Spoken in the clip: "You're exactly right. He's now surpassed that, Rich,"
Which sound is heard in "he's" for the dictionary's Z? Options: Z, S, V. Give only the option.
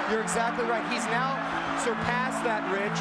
Z